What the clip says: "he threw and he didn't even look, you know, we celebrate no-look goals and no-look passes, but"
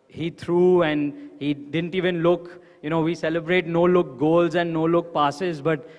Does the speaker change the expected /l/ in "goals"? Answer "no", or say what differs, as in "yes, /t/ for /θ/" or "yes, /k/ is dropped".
no